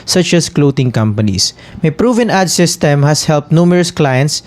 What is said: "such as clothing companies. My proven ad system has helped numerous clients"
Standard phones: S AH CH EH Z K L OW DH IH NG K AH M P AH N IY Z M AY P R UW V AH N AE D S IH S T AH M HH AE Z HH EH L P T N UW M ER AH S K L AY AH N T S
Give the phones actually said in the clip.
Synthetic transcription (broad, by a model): S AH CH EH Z K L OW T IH NG K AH M P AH N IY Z M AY P R UW V AH N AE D S IH S T AH M HH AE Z HH EH L P T N UW M ER AH S K L AY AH N T S